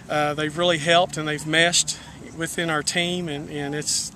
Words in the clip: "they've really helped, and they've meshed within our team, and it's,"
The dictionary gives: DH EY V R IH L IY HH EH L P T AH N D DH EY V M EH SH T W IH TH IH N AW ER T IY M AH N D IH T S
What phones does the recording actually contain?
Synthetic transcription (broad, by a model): DH EY V R IH L IY HH EH L P T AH N DH EY V M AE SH T W IH TH IH N AW ER T IY M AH N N IH T S